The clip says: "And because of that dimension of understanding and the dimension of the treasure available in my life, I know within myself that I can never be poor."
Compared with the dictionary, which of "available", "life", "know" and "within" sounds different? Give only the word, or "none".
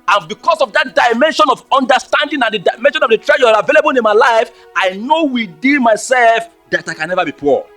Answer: within